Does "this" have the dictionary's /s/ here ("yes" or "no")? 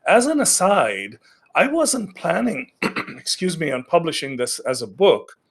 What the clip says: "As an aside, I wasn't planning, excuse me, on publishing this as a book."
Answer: yes